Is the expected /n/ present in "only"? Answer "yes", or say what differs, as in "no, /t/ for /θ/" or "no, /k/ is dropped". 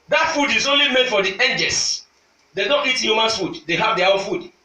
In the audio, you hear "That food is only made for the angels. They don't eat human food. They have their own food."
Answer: yes